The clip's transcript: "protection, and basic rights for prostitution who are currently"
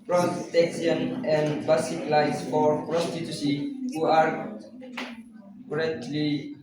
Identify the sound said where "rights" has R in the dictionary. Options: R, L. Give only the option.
L